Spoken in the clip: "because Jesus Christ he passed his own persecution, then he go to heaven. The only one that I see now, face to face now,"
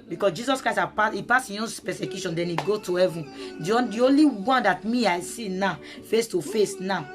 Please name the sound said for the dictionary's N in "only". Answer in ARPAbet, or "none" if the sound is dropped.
N